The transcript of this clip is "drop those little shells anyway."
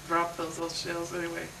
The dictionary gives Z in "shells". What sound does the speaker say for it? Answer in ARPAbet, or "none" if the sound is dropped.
Z